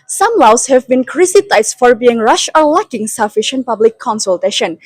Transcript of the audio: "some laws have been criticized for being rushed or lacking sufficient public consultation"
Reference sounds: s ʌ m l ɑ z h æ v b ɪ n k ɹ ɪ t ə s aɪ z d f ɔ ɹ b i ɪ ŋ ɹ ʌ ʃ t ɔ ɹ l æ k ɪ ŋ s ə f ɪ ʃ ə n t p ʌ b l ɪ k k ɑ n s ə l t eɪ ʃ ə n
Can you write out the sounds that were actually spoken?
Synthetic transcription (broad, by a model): s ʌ m l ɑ s h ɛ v b ɪ n k ɹ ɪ s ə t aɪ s f ɔ ɹ b i ɪ ŋ ɹ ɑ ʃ ɔ ɹ l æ k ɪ ŋ s ə f ɪ ʃ ə n t p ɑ b l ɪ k k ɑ n s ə l t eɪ ʃ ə n